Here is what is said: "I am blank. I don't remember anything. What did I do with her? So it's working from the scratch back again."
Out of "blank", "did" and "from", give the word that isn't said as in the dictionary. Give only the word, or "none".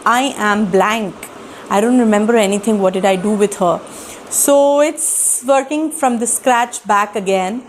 none